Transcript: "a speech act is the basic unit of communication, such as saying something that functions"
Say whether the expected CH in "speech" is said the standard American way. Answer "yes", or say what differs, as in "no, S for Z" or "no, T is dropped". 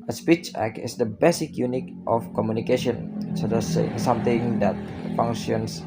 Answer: yes